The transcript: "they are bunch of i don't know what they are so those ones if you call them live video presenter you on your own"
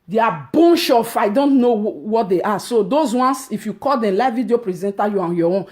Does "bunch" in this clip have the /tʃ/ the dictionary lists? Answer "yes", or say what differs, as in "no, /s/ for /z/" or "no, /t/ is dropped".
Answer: no, /ʃ/ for /tʃ/